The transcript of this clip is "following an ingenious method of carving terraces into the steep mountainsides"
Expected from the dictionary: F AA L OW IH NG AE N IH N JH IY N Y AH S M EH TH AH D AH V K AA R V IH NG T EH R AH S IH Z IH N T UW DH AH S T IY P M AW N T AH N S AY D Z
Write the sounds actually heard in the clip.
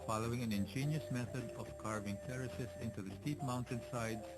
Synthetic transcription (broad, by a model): F AA L OW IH NG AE N IH N JH IY N Y AH S M EH TH AH D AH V K AA R V IH NG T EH R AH S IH S IH N T UW DH AH S T IY P M AW N T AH N S AY D